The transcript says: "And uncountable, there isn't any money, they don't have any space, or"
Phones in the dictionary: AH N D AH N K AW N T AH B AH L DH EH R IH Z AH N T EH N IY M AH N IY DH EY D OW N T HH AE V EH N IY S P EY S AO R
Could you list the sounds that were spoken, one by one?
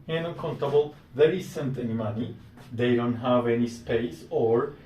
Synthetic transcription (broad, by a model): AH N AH K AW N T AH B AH L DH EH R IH S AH N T EH N IY M AH N IY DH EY D OW N T HH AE V EH N IY S P EY S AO R